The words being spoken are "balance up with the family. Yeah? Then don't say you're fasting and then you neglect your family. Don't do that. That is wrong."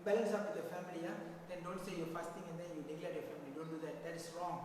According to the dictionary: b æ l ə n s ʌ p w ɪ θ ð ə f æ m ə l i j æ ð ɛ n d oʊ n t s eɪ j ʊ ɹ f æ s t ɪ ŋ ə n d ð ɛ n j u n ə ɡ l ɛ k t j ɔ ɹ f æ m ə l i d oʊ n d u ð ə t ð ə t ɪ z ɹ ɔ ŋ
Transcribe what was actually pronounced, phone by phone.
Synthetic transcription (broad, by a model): b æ l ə n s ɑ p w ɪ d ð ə f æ m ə l i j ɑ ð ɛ n d oʊ n t s eɪ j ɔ f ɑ s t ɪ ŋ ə n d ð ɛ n j u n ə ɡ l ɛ t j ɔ f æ m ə l i d oʊ n d u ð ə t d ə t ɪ s ɹ ɔ ŋ